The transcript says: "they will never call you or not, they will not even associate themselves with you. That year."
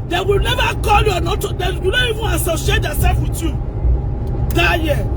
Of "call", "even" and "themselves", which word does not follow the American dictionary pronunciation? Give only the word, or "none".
themselves